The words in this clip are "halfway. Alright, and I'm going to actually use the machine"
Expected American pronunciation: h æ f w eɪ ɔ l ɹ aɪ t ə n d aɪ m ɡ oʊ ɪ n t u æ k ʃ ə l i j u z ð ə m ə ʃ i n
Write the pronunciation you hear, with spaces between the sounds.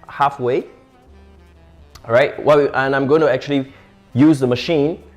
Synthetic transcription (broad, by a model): h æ f w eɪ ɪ ɹ aɪ t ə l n aɪ m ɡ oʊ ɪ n t u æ k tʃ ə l i j u z ð ə m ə ʃ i n